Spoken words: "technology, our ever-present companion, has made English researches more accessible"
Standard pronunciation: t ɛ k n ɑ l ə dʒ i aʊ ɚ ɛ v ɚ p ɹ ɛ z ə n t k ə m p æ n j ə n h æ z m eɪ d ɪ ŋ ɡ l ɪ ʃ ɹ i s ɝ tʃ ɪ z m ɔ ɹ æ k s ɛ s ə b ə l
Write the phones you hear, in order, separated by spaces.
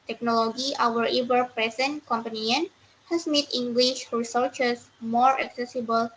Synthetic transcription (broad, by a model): t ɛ k n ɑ l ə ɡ i aʊ ɚ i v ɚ p ɹ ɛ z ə n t k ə m p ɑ n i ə n h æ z m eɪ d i ŋ ɡ l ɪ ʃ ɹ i s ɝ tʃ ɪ s m ɔ ɹ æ k s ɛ s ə b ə l